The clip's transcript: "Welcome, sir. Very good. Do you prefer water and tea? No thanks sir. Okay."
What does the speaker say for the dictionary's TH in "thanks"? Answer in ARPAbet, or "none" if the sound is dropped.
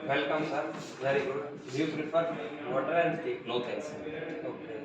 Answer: T